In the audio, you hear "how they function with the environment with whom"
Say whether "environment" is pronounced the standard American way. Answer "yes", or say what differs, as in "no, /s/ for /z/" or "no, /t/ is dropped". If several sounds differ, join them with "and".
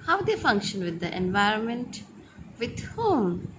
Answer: yes